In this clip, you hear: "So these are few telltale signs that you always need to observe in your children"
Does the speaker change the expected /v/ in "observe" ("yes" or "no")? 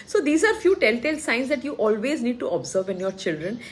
no